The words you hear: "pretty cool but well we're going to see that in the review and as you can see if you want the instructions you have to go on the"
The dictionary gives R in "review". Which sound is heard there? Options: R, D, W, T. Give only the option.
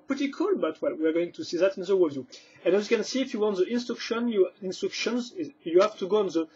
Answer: W